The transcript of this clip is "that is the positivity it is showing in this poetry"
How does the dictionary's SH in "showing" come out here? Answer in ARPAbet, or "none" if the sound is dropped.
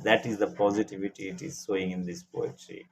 S